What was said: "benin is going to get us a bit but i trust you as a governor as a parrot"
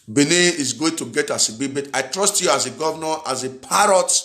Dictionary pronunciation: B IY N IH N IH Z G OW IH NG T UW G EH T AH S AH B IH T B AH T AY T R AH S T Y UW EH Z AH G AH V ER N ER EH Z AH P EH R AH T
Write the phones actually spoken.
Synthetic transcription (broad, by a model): B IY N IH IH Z G OW IH NG T UW G EH T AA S AH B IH B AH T AY T R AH S T Y UW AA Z AH G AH V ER N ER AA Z AH P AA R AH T